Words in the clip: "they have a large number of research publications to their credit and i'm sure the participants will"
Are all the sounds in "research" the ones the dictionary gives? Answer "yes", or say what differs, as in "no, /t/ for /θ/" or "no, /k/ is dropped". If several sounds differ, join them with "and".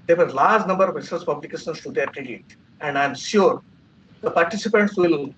no, /s/ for /tʃ/